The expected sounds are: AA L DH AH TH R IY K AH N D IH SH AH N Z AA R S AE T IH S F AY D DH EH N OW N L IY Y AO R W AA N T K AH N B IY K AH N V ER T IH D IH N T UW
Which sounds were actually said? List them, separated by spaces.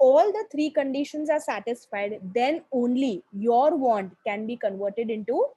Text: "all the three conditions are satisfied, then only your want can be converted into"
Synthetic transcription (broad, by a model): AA L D AH T R IY K AH N D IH SH AH N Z AA R S AE T IH S F AY D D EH N OW N L IY Y AO R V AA N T K AH N B IY K AH N V ER T IH D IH N T UW